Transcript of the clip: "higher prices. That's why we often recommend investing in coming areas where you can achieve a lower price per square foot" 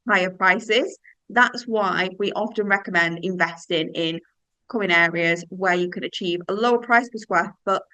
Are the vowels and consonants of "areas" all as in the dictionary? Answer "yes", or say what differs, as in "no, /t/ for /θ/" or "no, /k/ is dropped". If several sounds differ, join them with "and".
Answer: yes